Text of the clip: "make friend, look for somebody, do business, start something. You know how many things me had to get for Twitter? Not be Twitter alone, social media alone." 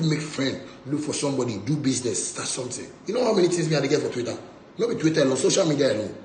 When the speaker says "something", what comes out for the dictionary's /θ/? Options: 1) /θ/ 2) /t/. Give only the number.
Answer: 2